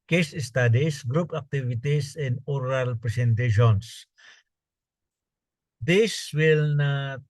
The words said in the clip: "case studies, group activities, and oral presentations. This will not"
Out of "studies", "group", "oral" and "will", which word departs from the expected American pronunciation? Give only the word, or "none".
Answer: studies